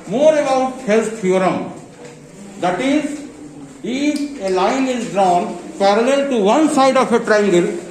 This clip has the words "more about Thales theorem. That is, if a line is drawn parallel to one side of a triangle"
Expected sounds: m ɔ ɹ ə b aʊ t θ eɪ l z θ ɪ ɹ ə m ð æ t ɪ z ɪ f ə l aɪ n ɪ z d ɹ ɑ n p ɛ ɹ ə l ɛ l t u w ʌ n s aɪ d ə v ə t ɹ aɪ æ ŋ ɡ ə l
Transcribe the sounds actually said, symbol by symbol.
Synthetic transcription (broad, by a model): m ɔ ɹ ə b aʊ t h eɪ l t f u ɹ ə m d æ t ɪ z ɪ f ə l aɪ n ɪ z d ɹ ɑ n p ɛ ɹ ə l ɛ l t u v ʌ n s aɪ d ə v ə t ɹ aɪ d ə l